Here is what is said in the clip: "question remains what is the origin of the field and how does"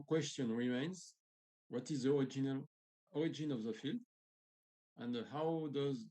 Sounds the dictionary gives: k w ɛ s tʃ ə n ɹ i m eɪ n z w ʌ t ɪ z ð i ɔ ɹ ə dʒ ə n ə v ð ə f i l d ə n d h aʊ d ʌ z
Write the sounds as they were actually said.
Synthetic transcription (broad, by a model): k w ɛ s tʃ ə n ɹ i m eɪ n z w ʌ t ɪ z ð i ɔ ɹ ə dʒ ə n ə v ð ə f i l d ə n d h aʊ d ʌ z